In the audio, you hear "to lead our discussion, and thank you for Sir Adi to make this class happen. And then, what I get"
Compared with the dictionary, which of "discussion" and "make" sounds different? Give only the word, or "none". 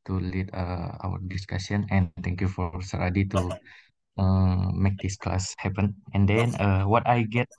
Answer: discussion